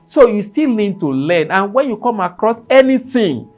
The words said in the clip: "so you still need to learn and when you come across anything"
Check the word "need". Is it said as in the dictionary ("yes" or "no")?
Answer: no